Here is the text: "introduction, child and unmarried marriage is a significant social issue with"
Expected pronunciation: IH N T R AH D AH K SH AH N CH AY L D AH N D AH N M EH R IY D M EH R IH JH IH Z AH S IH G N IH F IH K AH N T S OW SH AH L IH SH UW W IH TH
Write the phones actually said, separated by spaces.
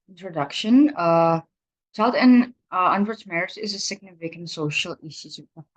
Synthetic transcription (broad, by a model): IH N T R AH D AH K SH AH N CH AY L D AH N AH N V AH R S M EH R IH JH IH Z AH S IH G N IH F IH K AH N T S OW SH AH L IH S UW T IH